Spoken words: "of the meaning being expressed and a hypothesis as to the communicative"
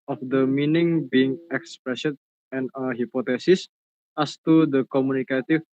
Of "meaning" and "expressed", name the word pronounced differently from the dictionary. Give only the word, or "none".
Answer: expressed